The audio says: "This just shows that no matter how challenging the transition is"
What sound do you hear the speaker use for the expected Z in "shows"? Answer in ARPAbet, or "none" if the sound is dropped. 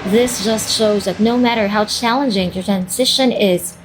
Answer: Z